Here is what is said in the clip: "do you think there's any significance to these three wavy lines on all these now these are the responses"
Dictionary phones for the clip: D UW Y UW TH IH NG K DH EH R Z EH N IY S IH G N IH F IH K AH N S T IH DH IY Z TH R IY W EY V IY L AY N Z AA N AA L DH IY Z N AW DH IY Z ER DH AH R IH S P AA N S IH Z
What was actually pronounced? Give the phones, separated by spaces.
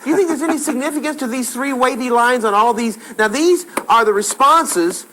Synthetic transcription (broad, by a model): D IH Y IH TH IH NG K DH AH R Z EH N IY S IH G N IH F IH K AH N S T IH DH IY Z TH R IY W EY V IY L AY N Z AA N AA L DH IY Z N AW DH IY Z ER DH AH R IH S P AA N S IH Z